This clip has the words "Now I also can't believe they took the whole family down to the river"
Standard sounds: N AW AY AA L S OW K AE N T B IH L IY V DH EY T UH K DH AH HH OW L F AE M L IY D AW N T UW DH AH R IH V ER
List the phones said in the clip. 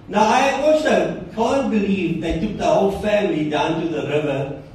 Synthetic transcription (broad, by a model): N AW AY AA W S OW K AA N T B IH L IY V DH EY T UH K DH AH HH OW L F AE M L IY D AW N T UW DH AH R IH V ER